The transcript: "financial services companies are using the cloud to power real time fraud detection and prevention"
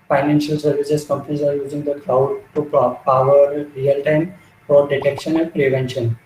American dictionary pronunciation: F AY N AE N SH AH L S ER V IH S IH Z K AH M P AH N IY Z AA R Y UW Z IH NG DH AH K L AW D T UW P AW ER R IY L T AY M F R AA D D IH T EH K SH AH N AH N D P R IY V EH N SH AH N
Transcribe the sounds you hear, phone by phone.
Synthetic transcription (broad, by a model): F AY N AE N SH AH L S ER V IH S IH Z K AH M P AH N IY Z AA R Y UW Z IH NG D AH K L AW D T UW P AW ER R IY L T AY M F AA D D IH T EH K SH AH N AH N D P R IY V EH N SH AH N